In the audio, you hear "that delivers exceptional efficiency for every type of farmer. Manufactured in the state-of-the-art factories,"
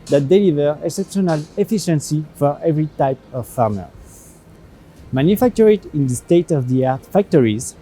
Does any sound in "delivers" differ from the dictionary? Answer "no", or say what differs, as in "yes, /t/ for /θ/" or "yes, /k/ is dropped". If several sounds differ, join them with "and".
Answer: yes, /z/ is dropped